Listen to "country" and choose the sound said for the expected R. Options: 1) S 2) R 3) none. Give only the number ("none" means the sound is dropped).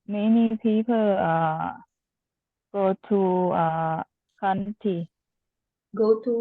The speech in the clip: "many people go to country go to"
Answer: 3